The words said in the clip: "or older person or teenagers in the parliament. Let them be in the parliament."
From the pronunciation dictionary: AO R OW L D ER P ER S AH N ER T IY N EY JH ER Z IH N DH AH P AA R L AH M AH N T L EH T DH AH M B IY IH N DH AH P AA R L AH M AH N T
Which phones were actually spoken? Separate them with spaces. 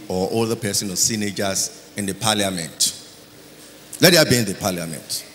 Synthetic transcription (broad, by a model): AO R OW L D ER P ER S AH N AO S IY N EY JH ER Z IH N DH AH P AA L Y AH M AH N T L EH T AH B IY IH N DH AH P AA L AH M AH N T